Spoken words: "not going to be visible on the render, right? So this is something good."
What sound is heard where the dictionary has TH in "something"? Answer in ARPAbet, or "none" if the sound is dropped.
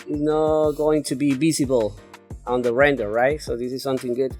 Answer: TH